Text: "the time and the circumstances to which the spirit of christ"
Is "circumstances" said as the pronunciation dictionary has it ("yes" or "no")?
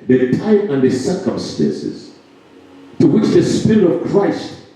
yes